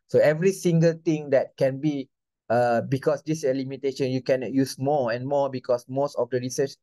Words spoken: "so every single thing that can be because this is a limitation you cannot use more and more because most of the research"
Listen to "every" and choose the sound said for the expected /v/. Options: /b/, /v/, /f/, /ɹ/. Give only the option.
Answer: /v/